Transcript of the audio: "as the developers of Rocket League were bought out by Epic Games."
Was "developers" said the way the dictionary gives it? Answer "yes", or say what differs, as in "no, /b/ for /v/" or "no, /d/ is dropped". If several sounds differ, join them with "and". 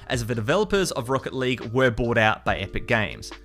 yes